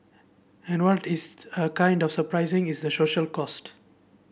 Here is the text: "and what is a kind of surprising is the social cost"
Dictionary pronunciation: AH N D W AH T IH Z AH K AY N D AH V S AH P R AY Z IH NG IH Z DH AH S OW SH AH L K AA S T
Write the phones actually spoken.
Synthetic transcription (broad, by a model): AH N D W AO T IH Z AH K AY N D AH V S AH P R AY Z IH NG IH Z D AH S OW SH AH L K AA S T